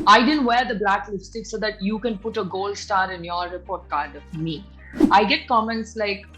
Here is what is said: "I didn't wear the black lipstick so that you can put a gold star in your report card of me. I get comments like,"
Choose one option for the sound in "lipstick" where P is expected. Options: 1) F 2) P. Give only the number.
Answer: 1